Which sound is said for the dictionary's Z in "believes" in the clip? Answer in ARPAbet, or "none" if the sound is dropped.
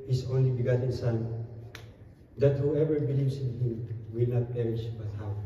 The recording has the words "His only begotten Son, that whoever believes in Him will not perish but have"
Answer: S